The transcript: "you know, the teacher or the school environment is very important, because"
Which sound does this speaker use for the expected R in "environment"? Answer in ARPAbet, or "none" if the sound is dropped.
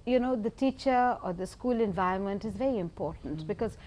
none